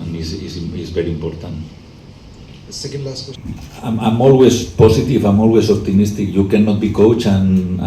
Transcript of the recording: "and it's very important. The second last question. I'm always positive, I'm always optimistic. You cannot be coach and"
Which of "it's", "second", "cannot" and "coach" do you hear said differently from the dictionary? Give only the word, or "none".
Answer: it's